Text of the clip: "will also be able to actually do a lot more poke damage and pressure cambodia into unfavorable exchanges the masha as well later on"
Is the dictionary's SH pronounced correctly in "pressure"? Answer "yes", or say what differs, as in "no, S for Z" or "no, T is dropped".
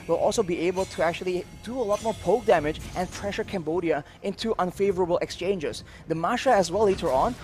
yes